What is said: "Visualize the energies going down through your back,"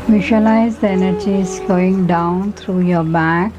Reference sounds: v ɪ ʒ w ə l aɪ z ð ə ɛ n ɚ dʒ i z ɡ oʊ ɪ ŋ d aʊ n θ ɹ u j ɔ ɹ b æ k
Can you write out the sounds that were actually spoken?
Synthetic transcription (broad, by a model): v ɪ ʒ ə l aɪ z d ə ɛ n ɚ dʒ i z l oʊ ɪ ŋ d aʊ n t ɹ u j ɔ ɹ b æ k